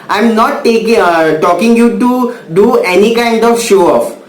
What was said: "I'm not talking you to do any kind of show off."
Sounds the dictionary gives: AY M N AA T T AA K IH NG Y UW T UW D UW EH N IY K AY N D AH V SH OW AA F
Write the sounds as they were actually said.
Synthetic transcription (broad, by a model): AY M N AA T T AA K IH NG Y UW T UW D UW EH N IY K AY N D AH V SH OW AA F